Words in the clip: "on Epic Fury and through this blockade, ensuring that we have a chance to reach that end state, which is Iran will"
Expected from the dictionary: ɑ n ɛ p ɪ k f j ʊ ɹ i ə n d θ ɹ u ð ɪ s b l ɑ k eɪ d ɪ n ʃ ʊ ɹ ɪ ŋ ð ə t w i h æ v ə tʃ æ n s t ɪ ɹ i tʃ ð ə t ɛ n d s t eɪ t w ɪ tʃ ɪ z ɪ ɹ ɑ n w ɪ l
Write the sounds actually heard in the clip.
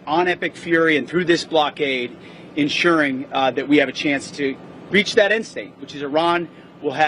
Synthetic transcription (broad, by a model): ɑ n ɛ p ɪ k f j ʊ ɹ i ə n θ ɹ u ð ɪ s b l ɑ k eɪ d ɪ n ʃ ʊ ɹ ɪ ŋ ð ə t w i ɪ v ə tʃ æ n s t ɪ ɹ i tʃ ð ə t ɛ n s t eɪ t w ɪ tʃ ɪ z ɪ ɹ ɑ n w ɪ l